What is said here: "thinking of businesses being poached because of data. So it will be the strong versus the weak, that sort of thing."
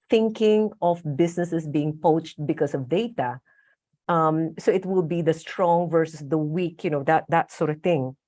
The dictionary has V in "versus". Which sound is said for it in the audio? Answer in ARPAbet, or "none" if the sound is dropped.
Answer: V